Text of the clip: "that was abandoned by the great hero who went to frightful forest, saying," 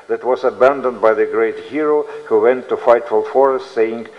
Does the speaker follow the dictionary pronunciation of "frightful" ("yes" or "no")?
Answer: no